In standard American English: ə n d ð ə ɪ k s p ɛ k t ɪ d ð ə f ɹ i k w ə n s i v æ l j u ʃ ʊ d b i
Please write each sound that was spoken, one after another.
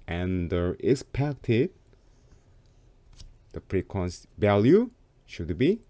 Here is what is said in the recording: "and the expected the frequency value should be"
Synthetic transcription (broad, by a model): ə n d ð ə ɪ s p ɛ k t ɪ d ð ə p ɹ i k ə n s v æ l j u ʃ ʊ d b i